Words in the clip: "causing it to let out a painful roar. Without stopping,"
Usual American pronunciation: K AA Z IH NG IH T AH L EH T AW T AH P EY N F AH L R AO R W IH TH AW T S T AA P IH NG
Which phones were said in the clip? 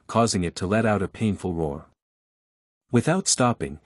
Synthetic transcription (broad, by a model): K AA Z IH NG IH T AH L EH T AW T AH P EY N F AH L R AO R W IH TH AW T S T AA P IH NG